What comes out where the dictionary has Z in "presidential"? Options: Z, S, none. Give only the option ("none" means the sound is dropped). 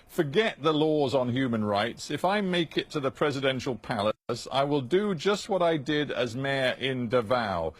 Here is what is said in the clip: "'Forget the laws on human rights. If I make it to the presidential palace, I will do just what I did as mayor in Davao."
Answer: Z